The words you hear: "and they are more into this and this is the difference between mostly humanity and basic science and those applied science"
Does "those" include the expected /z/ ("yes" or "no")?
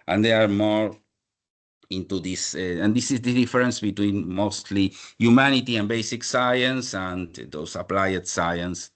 no